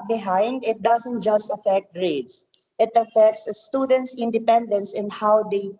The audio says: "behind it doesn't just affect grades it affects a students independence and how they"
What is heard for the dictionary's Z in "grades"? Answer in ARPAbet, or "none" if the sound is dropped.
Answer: S